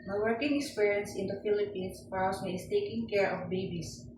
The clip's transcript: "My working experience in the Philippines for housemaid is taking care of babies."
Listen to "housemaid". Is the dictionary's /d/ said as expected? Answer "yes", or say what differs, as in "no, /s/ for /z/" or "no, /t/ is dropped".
no, /d/ is dropped